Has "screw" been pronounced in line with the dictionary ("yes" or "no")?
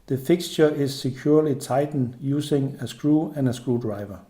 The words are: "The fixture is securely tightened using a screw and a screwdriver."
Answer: yes